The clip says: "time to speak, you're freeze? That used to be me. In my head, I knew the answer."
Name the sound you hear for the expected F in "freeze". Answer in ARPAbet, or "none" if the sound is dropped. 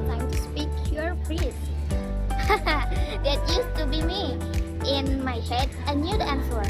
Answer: P